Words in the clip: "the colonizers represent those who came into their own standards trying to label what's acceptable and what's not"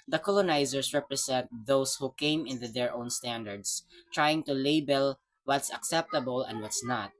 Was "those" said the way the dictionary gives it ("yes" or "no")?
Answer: no